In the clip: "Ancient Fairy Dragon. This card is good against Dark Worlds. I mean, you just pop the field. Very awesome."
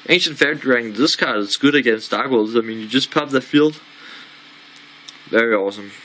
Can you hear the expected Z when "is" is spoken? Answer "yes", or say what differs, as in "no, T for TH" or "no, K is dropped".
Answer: no, S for Z